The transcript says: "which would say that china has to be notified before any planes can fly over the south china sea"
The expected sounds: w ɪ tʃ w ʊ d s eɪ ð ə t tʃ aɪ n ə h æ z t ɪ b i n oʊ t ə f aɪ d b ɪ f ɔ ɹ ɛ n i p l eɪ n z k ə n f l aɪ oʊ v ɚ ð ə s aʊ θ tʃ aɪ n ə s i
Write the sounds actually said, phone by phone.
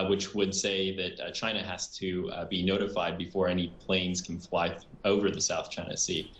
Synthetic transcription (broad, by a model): w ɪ tʃ w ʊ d s eɪ ð ə t tʃ aɪ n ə h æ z t ɪ b i n oʊ t ə f aɪ d b ɪ f ɔ ɹ ɛ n i p l eɪ n z k n f l aɪ oʊ v ɚ ð ə s aʊ θ tʃ aɪ n ə s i